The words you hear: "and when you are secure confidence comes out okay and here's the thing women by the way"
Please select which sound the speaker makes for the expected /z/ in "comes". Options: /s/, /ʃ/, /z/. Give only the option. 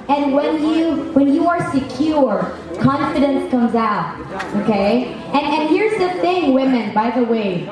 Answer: /z/